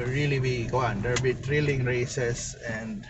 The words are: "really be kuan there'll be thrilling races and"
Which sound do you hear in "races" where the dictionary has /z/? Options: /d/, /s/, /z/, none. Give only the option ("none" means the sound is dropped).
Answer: /s/